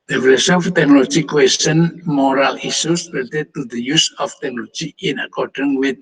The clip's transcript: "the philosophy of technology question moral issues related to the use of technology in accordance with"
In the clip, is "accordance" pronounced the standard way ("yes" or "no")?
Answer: no